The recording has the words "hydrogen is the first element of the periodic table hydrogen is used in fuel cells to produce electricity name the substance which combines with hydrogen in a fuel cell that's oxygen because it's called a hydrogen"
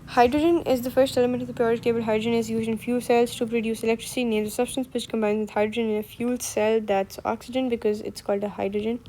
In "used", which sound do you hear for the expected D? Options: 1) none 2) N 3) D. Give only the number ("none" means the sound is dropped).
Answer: 1